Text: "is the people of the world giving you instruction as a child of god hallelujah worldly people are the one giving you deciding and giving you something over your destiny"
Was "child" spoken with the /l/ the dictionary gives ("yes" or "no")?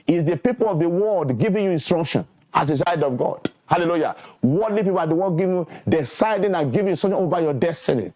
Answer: no